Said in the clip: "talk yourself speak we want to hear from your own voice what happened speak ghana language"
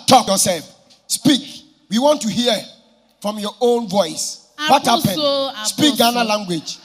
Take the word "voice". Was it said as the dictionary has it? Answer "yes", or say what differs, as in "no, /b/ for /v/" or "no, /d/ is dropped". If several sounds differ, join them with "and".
yes